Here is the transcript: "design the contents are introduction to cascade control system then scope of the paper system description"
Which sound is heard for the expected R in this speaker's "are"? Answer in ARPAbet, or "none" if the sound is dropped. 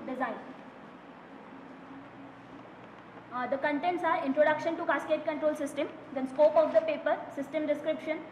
R